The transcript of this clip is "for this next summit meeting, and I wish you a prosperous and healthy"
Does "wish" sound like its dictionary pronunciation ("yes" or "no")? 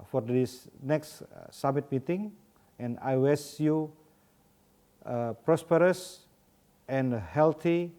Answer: no